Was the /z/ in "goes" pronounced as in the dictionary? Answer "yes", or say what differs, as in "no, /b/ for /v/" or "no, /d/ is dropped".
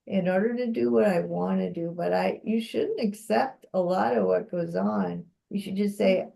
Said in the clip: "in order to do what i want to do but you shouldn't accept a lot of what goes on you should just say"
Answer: yes